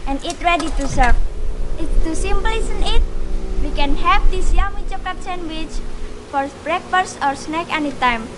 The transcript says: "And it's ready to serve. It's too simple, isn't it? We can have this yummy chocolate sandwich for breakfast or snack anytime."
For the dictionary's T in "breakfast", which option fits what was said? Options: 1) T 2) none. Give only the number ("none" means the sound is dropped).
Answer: 2